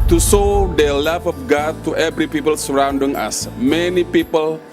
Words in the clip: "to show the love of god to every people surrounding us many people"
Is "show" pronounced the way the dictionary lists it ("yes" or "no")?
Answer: no